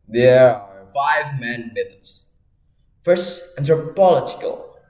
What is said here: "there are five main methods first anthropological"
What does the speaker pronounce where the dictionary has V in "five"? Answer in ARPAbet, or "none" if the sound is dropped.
V